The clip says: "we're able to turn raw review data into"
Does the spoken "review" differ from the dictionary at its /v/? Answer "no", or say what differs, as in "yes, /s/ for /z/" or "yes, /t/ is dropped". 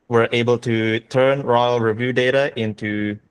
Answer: no